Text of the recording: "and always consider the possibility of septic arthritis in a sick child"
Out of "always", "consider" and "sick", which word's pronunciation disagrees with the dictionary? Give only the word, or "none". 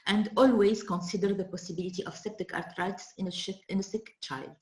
none